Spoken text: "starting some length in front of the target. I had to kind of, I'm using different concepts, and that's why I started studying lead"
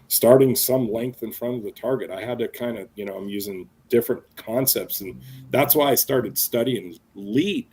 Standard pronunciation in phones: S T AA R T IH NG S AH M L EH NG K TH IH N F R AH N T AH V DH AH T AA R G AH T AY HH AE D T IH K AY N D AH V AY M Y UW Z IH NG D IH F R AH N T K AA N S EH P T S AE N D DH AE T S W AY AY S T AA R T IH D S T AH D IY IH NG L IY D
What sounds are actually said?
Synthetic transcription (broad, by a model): S T AA R T IH NG S AH M L EH NG K TH IH N F R AH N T AH V DH AH T AA R G AH T AY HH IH D T IH K AY N D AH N AY M Y UW Z IH NG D IH F R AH N K AA N S EH P T S N DH AE T S W AY AY S T AA R T IH D S T AH D IY IH NG L IY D